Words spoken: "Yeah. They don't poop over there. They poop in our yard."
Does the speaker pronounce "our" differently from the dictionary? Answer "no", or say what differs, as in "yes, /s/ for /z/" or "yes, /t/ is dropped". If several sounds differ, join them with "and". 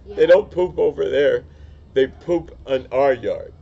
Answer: no